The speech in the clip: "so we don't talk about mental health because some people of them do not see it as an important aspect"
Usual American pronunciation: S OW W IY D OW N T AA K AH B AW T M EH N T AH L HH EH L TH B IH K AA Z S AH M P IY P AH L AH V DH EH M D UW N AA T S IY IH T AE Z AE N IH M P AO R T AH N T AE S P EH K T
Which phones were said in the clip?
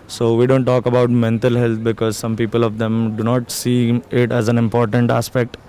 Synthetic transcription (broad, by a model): S OW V IY D OW N T AA K AH B AW T M EH N T AH L HH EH L T B IH K AA Z S AH M P IY P AH L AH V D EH M D UW N AA T S IY IH T AE Z AE N IH M P AO R T AH N T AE S P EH K T